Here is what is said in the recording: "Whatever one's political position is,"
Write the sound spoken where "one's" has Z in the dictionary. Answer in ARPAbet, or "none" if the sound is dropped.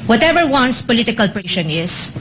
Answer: S